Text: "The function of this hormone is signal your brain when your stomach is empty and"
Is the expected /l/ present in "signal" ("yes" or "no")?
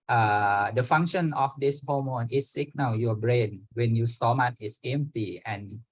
no